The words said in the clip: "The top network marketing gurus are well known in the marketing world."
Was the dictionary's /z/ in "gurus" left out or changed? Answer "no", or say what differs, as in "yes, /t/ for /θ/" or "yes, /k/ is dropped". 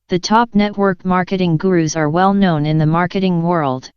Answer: no